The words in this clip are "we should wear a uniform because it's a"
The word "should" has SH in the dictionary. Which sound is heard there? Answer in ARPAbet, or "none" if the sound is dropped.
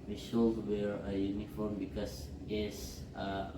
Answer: S